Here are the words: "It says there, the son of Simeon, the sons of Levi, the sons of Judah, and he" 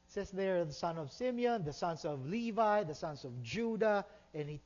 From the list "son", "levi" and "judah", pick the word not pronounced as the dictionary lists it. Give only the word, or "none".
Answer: none